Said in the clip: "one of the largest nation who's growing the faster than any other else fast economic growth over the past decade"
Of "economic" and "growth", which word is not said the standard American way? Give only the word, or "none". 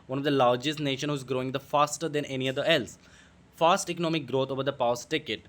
growth